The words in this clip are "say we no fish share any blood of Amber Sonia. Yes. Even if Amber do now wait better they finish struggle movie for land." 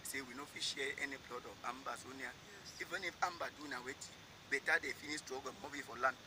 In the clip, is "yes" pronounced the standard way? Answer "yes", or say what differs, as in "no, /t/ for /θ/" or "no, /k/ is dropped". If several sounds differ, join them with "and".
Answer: no, /s/ is dropped